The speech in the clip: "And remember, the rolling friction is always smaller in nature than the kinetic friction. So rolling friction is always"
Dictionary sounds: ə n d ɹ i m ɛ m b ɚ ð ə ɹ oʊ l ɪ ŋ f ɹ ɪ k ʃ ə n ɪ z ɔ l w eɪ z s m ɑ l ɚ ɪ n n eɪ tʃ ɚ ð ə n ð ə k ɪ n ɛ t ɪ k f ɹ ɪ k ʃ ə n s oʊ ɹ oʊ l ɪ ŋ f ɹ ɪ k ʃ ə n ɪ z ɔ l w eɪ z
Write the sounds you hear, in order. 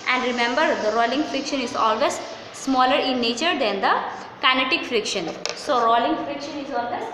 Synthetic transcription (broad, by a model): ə n d ɹ i m ɛ m b ɚ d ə ɹ oʊ l ɪ ŋ f ɹ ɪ k ʃ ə n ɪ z ɔ l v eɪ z s m ɑ l ɚ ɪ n n eɪ tʃ ɚ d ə n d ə k ɪ n ɛ t ɪ k f ɹ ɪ k ʃ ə n s oʊ ɹ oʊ l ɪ ŋ f ɹ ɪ k ʃ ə n ɪ z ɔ l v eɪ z